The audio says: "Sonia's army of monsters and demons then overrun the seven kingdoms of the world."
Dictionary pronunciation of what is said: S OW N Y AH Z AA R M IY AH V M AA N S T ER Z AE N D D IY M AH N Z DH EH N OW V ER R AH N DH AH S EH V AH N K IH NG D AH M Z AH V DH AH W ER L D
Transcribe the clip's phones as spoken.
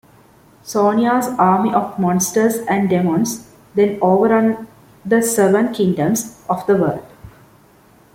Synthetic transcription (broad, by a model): S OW N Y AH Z AA R M IY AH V M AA N S T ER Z AE N D D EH M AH N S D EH N OW V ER R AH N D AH S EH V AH N K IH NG D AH M S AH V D AH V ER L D